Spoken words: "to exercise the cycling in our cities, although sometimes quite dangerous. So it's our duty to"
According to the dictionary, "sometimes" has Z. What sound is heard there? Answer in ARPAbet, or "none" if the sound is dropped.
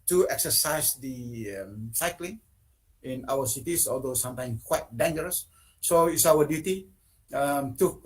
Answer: none